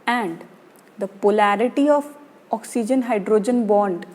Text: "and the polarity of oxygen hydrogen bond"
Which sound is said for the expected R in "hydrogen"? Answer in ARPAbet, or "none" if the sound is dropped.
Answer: R